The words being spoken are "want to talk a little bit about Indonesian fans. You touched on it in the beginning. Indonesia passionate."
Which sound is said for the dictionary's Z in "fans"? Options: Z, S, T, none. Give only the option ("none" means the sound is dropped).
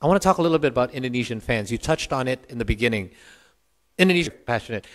Z